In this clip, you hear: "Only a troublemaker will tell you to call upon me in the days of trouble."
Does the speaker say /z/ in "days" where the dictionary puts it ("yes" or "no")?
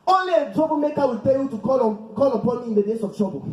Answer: no